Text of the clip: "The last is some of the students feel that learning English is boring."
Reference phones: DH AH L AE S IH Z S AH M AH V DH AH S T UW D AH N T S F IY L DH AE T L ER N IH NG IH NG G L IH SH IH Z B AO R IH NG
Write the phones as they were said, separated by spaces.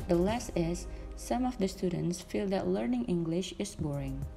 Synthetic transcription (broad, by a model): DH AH L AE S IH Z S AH M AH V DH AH S T UW D AH N T S F IY L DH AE T L ER N IH NG IH NG G L IH SH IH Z B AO R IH NG